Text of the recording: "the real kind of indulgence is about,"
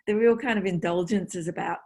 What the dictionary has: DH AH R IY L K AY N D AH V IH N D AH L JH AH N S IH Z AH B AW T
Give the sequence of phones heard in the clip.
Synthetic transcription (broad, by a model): DH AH R IY L K AY N D AH V IH N D AH L JH AH N S IH Z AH B AW T